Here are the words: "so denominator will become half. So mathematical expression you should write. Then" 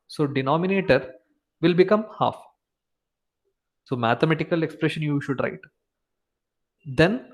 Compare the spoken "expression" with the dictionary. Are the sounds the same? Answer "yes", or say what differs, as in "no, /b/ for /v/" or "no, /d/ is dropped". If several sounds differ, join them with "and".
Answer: yes